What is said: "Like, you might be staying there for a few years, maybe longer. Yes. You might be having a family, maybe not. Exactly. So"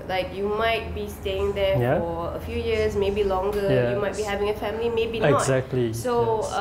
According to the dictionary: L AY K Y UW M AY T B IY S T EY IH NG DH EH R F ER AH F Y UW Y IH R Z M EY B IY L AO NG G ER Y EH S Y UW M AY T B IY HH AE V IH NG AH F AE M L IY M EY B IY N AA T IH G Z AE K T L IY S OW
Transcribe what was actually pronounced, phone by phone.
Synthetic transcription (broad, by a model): L AY K Y UW M AY T B IY S T EY IH NG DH EH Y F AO AH F Y UW Y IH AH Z M EY B IY L AO NG G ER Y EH Y UW M AY T B IY HH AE V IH NG AH F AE M L IY M EY B IY N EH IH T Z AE K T L IY S OW